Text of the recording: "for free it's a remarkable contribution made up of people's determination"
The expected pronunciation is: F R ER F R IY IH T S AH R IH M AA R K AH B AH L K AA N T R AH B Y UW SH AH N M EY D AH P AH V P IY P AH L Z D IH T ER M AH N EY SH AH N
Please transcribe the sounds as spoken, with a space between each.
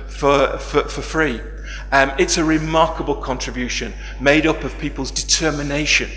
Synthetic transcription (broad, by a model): F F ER F R IY IH T S AH R IH M AA R K AH B AH L K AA N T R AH B Y UW SH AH N M EY D AH P AH V P IY P AH L Z D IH T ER M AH N EY SH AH N